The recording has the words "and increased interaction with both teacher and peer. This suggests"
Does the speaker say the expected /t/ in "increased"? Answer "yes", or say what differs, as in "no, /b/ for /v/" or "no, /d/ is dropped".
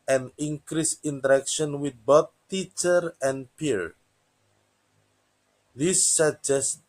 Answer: no, /t/ is dropped